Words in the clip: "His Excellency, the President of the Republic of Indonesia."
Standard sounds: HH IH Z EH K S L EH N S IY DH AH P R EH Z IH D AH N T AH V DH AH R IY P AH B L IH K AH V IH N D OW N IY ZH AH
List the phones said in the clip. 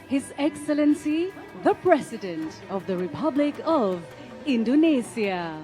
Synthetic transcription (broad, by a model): HH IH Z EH K S L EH N S IY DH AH P R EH S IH D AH N T AH V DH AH R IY P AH B L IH K AH V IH N D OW N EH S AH